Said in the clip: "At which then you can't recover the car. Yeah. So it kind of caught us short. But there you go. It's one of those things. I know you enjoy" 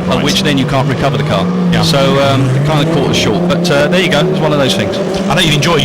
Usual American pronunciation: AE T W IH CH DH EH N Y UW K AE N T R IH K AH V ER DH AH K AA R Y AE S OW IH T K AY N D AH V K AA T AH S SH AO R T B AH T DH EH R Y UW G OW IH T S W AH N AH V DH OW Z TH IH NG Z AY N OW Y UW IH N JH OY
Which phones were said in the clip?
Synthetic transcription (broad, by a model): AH W IH CH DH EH N Y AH K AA N T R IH K AH V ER DH AH K AA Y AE S OW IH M K AY N D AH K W AA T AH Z SH AO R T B AH T DH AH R Y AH G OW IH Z W AH N AH V DH OW Z TH IH NG Z AY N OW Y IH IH N JH OY